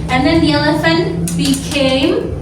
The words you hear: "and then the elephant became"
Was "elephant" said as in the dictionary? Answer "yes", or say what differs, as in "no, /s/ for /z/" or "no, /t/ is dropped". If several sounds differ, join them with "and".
yes